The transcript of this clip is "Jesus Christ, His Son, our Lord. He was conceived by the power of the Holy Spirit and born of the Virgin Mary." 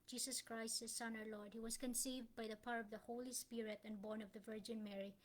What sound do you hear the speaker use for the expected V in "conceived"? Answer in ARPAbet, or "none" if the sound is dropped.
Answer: V